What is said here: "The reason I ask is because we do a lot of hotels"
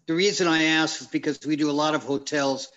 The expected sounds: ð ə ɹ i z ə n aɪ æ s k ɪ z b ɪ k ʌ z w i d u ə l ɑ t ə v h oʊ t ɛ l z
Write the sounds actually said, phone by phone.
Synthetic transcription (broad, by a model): ð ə ɹ i z ə n aɪ æ s k ɪ z b ɪ k ʌ z w i d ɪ ə l ɑ t ə v h oʊ t ɛ l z